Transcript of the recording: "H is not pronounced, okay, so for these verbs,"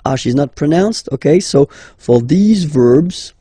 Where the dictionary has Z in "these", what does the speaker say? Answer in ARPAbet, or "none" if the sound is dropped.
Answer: Z